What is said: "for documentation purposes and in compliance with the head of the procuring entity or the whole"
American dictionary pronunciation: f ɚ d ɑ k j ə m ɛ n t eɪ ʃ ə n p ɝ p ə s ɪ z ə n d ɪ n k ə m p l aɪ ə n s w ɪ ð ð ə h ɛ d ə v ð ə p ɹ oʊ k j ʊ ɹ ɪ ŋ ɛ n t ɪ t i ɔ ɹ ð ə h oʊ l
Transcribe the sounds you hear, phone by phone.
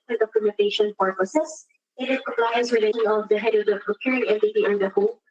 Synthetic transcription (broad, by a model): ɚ d ɑ k j ə m ɛ n t eɪ ʃ ə n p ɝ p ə s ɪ s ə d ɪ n k ə m p l aɪ ə n s w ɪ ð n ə h ɛ d ə v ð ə p ɹ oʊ k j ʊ ɹ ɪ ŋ ɛ n t ɪ t i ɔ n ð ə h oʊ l